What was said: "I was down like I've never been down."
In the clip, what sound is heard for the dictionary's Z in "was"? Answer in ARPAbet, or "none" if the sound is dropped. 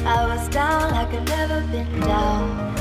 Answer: Z